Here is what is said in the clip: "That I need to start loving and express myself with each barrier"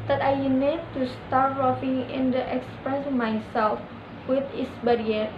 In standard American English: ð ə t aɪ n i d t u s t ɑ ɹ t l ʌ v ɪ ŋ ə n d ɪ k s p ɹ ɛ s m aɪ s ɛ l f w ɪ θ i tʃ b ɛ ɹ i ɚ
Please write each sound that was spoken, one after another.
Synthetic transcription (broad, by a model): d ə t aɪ n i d t u s t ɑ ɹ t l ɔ f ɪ ŋ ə n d ɪ k s p ɹ ɛ s m aɪ s ɛ l f w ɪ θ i s b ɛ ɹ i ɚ